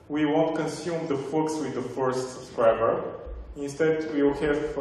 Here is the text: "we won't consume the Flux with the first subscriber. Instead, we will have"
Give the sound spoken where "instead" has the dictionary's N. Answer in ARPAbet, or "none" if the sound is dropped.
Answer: N